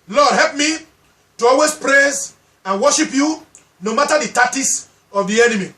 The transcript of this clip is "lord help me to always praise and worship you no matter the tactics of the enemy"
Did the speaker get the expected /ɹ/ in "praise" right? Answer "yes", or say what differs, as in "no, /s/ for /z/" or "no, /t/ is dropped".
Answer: yes